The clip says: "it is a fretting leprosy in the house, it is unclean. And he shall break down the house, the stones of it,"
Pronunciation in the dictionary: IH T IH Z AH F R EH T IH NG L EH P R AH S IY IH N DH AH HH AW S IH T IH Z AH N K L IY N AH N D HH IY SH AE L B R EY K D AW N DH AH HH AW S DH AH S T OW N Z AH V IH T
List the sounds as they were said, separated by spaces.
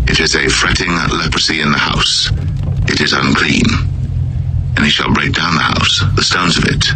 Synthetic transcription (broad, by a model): IH T IH Z AH F R EH T IH NG L EH P R AH S IY IH N DH AH HH AW S IH T IH Z AH N K L IY N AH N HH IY SH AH L B R EY K D AW N DH AH HH AW S DH AH S T OW N Z AH V IH T